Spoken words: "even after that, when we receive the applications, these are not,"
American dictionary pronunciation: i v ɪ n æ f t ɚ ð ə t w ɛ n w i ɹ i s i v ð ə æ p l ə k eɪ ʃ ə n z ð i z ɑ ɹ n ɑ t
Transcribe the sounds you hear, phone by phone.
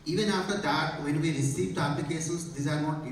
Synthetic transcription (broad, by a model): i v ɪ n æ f t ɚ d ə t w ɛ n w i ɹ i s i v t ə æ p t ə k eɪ s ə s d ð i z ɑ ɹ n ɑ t